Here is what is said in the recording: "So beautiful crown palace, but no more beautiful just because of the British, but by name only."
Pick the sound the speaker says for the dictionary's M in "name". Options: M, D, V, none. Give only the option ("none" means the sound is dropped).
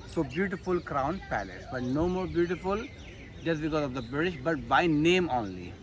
M